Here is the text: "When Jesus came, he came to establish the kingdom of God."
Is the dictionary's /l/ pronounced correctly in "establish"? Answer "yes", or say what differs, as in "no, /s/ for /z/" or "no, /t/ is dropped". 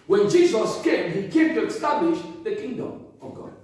yes